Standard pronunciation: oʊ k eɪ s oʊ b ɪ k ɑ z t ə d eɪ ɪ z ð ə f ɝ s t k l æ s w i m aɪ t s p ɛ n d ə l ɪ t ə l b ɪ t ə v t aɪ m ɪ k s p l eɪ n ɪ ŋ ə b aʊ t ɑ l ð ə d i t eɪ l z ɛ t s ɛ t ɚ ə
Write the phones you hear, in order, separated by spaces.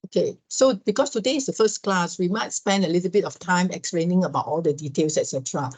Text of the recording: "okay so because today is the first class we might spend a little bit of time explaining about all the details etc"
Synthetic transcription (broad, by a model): oʊ k eɪ s oʊ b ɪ k ɑ s t ə d eɪ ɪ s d ə f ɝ s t k l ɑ s w i m aɪ t s p ɛ n d ə l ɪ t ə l b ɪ t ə f t aɪ m ɪ k s p l eɪ n ɪ ŋ ə b aʊ t ɑ l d ə d i t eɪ l s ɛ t s ɛ t ɚ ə